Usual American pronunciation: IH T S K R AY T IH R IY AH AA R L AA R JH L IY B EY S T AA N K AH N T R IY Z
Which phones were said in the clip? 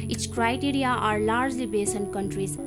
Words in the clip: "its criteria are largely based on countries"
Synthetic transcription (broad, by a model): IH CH K R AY T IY R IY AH AA R L AA R JH L IY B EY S AH N K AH N T R IY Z